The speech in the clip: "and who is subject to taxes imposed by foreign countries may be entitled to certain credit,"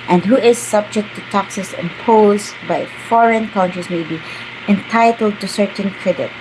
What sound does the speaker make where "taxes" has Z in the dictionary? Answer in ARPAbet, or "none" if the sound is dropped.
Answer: S